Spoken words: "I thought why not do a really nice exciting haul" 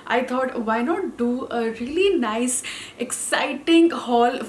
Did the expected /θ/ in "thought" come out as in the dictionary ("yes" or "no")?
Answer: no